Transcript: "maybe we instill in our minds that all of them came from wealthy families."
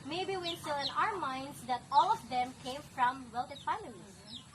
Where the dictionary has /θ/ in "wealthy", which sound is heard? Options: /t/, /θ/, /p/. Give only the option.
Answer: /t/